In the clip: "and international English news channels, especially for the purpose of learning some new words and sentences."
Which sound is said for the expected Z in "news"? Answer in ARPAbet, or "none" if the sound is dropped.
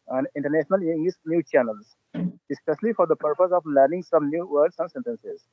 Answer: none